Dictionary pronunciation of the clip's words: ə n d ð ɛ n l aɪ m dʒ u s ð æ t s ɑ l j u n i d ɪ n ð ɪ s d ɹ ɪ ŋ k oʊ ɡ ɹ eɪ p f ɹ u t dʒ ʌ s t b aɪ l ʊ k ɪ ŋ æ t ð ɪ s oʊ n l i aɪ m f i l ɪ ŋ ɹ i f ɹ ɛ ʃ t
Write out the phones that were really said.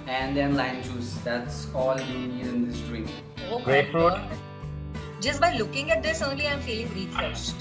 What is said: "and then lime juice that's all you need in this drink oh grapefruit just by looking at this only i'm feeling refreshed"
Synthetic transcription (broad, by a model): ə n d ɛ n l aɪ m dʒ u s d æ t s ɑ l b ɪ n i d ɪ n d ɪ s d ɹ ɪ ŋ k oʊ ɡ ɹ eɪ f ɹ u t dʒ ʌ s t b aɪ l ʊ k ɪ ŋ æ t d ɪ s oʊ n l i aɪ m f i l ɪ ŋ ɹ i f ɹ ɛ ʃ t